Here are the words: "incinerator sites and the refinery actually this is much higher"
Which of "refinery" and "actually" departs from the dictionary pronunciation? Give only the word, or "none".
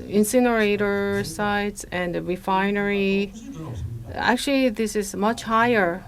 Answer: none